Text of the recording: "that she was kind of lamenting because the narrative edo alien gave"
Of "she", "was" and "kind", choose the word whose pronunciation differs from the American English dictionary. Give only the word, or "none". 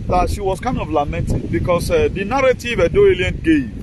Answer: was